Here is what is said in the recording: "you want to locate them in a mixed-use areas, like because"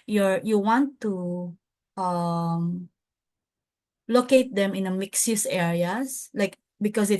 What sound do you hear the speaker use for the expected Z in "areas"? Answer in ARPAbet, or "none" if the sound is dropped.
S